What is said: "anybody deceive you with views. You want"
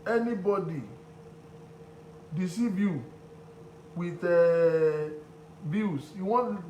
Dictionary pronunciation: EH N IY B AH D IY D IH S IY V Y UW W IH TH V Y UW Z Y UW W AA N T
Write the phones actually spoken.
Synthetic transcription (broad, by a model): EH N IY B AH D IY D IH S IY B Y UW W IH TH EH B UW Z Y UW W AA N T